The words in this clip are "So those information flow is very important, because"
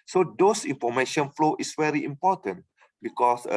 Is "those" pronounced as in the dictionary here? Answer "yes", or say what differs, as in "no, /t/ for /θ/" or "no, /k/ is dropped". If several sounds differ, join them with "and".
no, /s/ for /z/